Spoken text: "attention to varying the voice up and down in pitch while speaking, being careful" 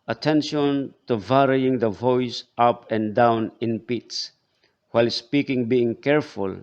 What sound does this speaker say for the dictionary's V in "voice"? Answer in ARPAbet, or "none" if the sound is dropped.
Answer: V